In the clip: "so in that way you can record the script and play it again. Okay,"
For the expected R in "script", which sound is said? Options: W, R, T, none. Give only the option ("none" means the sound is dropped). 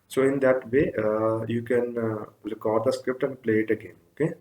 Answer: R